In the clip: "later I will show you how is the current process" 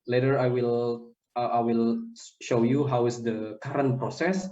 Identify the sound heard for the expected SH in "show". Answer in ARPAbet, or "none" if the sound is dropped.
SH